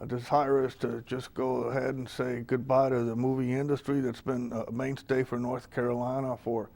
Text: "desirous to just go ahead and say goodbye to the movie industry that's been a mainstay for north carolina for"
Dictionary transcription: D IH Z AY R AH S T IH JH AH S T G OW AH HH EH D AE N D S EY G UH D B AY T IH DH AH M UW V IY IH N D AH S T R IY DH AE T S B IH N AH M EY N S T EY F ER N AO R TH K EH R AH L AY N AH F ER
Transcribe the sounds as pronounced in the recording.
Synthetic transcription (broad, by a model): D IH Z AY R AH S T IH JH AH S G OW AH HH EH D N S EY G UH D B AY T IH DH AH M UW V IY IH N D AH S T R IY DH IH T S B IH N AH M EY N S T EY F ER N AO R TH K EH R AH L AY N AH F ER